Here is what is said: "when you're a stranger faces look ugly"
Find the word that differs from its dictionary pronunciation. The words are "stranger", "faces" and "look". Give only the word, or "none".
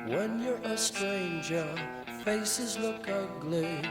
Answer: none